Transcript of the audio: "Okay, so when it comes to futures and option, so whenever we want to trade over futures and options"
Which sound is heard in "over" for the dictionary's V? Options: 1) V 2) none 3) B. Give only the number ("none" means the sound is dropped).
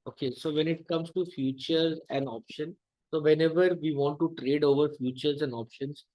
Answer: 1